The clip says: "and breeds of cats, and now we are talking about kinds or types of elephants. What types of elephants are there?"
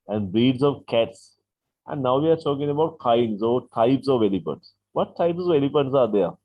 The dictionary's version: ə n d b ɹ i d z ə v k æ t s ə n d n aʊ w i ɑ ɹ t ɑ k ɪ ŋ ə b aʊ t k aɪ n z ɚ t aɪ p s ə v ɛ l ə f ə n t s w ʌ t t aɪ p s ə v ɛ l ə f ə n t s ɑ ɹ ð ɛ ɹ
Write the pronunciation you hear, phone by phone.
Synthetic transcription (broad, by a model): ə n d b i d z ə v k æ t s ə n d n aʊ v i ɑ ɹ t ɑ k ɪ ŋ ə b aʊ t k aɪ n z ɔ t aɪ p s ə v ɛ l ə p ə n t s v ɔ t t aɪ p s ə v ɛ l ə p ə n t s ɑ ɹ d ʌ ɹ